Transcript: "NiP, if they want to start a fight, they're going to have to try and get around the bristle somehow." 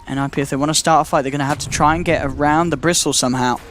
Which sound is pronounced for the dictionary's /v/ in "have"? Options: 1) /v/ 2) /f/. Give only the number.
2